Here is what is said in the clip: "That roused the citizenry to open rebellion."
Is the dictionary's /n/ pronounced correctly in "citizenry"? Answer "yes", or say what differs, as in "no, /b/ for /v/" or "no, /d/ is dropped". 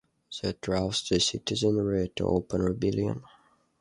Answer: yes